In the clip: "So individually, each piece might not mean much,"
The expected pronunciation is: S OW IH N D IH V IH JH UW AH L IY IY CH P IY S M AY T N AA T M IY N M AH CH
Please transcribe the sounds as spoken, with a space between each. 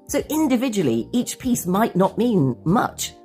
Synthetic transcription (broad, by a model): S OW IH N D IH V IH JH UW AH L IY IY CH P IY S M AY T N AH T M IY N M AH CH